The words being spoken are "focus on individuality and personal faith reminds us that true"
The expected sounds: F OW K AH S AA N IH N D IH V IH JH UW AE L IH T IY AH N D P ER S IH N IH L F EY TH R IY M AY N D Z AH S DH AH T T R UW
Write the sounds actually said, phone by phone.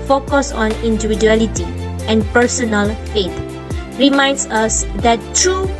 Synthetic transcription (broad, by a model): F OW K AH S AA N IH N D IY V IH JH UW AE L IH T IY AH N P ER S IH N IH L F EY T R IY M AY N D S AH S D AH T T R UW